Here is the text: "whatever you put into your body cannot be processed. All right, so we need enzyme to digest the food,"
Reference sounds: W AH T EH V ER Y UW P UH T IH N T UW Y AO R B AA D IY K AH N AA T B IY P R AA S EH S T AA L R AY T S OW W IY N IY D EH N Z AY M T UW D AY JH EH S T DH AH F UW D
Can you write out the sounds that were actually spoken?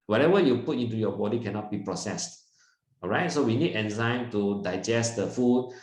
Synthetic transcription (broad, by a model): W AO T EH V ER Y UW P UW T IH N T UW Y AO B AA D IY K AH N AA T B IY P R AA S EH S T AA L R AY T S OW W IY N IY D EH N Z AY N T UW D AY JH EH S T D AH F UW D